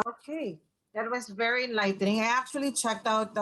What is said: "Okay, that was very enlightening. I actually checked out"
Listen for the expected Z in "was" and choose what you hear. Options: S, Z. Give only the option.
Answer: Z